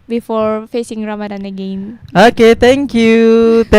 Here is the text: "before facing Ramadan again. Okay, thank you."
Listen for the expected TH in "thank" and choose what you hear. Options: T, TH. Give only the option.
T